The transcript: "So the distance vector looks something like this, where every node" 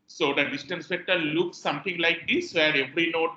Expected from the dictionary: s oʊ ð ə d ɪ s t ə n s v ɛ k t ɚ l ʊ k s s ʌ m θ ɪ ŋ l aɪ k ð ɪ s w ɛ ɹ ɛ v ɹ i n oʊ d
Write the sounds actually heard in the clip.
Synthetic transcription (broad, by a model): s oʊ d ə d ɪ s t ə n s f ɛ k t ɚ l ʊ k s s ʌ m t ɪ ŋ l aɪ k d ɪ s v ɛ ɹ ɛ v ɹ i n oʊ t